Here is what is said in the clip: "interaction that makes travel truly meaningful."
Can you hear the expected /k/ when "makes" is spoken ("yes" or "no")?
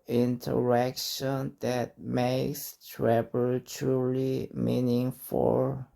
yes